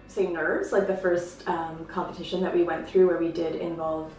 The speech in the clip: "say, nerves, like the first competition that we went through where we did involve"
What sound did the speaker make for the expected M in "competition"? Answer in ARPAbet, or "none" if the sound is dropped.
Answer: M